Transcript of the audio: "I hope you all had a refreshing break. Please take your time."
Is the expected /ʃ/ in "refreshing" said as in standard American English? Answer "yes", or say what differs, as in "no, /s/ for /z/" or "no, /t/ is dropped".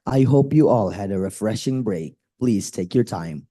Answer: yes